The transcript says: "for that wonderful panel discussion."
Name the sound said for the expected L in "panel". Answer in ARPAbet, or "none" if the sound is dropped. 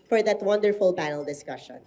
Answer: L